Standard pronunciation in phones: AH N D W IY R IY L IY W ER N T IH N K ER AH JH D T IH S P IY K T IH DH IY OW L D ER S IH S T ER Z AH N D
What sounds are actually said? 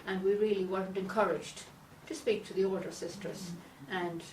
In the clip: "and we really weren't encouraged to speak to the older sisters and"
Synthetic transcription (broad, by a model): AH N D W IY R IY L IY W ER N T IH N K ER AH JH D T IH S P IY K T IH DH IY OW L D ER S IH S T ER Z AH N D